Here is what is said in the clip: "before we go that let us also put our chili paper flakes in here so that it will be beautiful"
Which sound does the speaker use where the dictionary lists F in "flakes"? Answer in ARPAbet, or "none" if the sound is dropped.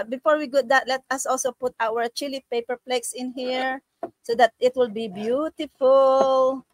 P